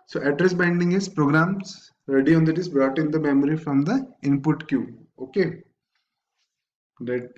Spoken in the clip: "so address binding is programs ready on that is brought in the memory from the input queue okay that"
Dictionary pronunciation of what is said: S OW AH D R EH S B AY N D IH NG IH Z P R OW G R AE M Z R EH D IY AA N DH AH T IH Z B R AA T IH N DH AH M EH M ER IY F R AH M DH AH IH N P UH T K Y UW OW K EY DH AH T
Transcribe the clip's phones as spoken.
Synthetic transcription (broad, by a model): S OW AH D R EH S B AY N D IH NG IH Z P R OW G R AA M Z R EH D IY AA N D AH T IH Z B R AA T IH N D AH M EH M ER IY F R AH M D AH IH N P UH T K Y UW OW K EY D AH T